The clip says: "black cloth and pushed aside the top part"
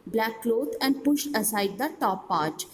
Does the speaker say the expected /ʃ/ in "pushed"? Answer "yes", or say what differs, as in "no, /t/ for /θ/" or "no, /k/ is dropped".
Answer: yes